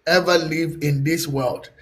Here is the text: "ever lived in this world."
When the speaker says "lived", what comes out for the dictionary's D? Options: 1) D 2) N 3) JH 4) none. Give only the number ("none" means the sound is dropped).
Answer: 4